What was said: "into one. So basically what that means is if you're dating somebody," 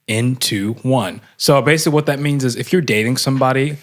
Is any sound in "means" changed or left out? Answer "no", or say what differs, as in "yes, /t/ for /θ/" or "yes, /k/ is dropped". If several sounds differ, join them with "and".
no